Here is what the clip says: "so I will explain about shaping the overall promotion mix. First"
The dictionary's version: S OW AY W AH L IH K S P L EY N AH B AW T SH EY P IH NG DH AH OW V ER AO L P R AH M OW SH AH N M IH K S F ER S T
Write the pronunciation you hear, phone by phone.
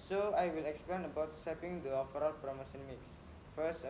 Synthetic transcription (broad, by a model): S OW AY W AH L IH K S P L EY N AH B AW T S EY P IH NG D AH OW F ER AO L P R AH M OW S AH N M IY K S F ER S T